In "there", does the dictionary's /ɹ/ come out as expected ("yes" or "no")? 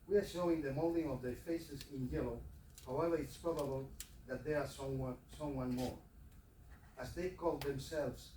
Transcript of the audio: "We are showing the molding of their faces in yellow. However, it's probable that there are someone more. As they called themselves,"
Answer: no